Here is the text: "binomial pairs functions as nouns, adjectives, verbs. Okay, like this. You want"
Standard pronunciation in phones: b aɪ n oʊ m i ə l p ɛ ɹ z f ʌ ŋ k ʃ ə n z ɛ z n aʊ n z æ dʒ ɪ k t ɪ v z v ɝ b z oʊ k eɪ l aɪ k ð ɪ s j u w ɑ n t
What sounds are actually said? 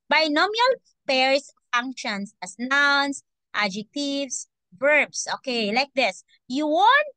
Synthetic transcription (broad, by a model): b aɪ n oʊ m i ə l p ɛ ɹ s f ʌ ŋ k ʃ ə n s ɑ s n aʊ n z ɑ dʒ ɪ k t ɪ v s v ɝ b s oʊ k eɪ l aɪ k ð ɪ s j u w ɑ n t